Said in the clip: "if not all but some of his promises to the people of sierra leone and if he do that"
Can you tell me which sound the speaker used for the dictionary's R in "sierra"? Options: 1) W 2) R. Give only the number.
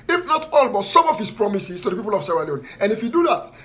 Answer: 1